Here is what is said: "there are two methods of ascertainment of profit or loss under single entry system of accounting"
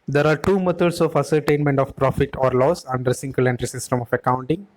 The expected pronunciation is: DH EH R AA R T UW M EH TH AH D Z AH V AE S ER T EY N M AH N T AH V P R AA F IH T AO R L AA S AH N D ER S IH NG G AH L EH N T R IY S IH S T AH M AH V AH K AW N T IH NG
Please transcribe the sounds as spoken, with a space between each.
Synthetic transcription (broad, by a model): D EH R AA R T UW M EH T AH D S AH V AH S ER T EY N M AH N T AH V P R AA F IH T AO R L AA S AH N D ER S IH NG G AH L EH N T R IY S IH S T AH M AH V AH K AW N T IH NG